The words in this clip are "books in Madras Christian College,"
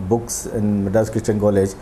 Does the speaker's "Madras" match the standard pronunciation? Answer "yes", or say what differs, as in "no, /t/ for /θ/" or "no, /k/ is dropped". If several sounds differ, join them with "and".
no, /ɹ/ is dropped